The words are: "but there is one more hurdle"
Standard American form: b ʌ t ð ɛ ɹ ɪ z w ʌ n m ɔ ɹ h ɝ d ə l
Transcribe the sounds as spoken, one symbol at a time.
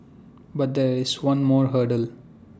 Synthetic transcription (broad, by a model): b ʌ t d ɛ ɹ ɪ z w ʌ n m ɔ ɹ h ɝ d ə l